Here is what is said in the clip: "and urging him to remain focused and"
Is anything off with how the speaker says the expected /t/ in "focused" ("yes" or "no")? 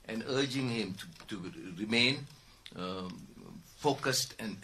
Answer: no